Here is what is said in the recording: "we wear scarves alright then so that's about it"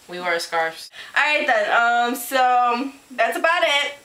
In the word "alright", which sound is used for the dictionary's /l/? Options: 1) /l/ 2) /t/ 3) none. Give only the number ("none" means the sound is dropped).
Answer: 3